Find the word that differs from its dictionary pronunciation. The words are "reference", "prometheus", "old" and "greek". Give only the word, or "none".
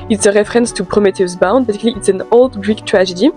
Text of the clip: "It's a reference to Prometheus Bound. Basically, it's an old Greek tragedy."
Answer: prometheus